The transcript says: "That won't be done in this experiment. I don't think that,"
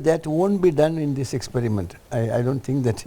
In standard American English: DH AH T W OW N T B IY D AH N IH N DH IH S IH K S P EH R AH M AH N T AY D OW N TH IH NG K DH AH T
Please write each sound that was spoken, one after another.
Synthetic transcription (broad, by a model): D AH T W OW N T B IY D AH N IH N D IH S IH K S P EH R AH M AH N T AY D OW N T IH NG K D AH T